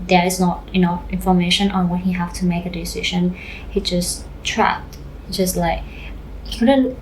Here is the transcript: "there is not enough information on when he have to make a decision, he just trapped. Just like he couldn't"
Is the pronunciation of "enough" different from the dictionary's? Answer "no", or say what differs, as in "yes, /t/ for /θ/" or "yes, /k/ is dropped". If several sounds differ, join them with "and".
yes, /f/ is dropped